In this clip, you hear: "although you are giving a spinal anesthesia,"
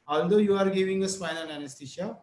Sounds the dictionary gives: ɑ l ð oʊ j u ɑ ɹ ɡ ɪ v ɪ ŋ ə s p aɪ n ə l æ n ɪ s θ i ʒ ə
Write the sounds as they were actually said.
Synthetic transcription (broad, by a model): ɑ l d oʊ j u ɑ ɹ ɡ ɪ v ɪ ŋ ə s f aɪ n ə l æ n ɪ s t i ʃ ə